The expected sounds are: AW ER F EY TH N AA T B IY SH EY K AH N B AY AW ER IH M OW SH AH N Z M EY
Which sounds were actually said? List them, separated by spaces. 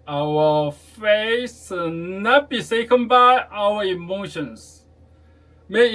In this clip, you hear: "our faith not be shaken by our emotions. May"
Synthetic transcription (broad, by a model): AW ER F EY S N AA T B IY S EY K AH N B AY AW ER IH M OW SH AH N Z M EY